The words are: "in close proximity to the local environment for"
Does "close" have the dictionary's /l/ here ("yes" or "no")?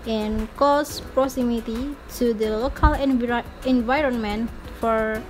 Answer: no